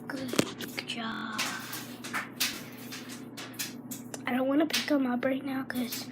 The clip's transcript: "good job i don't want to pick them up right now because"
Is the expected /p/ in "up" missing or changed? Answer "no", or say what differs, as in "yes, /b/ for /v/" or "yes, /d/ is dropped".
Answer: yes, /b/ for /p/